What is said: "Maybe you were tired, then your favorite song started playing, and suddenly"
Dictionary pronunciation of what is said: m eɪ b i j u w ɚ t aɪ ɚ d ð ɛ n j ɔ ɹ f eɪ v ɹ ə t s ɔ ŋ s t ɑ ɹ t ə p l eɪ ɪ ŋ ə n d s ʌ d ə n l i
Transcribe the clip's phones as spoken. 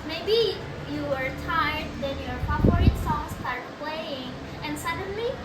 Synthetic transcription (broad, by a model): m eɪ b i j u w ɚ t aɪ ɚ d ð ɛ n j ɔ ɹ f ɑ p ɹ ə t s ɔ ŋ s t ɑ ɹ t p l eɪ ɪ ŋ ə n d s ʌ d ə n l i